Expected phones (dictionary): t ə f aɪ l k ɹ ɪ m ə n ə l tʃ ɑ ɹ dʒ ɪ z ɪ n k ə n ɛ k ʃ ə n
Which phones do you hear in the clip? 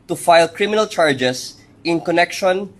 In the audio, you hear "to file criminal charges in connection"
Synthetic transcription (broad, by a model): t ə f aɪ l k ɹ ɪ m ə n ə l tʃ ɑ ɹ dʒ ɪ s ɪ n k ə n ɛ k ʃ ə n